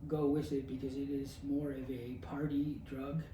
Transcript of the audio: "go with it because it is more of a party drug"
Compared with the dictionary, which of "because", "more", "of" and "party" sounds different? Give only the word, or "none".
none